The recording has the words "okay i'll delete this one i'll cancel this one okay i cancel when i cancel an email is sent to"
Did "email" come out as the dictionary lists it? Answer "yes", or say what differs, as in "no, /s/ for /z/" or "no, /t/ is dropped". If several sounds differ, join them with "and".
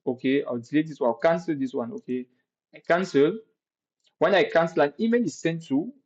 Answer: no, /n/ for /l/